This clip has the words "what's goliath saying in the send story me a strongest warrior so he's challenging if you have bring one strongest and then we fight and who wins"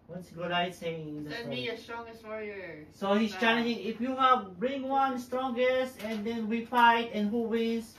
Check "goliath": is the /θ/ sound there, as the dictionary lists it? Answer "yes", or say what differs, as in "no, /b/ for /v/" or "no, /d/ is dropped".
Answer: no, /t/ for /θ/